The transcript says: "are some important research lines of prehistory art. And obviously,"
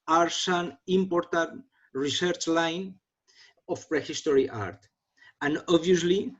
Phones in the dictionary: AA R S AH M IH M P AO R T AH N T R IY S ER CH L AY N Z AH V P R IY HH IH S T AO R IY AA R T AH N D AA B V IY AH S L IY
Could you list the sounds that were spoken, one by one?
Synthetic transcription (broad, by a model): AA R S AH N IH M P AO R T AH N T R IY S ER CH L AY N AH F P R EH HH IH S T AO R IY AA R T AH N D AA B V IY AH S L IY